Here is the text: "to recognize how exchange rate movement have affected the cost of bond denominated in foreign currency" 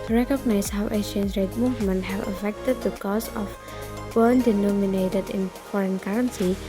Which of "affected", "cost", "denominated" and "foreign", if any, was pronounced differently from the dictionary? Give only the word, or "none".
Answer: cost